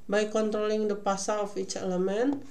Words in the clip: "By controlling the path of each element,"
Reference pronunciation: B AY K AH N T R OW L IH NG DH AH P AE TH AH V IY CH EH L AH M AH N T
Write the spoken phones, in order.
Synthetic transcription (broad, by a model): B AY K AH N T R OW L IH NG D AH P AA S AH F IY CH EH L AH M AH N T